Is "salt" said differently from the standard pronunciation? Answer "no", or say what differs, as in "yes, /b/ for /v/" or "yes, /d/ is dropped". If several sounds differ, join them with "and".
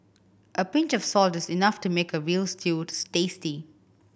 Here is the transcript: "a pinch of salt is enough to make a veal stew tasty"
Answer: no